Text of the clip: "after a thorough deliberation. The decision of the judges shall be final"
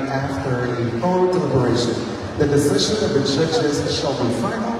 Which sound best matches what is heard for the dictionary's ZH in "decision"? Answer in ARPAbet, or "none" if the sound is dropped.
ZH